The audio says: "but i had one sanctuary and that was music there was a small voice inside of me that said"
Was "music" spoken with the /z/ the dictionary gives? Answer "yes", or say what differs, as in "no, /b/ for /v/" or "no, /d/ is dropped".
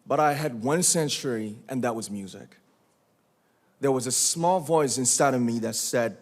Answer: yes